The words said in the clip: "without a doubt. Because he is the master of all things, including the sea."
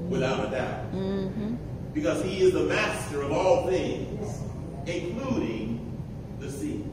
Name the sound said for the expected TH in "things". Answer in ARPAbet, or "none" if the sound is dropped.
TH